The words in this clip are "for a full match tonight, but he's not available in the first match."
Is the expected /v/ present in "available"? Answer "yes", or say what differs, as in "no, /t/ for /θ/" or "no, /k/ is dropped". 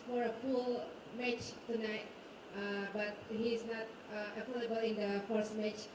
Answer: no, /f/ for /v/